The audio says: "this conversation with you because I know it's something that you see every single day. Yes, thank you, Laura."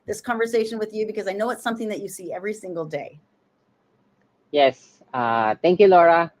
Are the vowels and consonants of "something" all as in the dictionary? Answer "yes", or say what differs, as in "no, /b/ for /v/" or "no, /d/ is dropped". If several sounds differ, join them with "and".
yes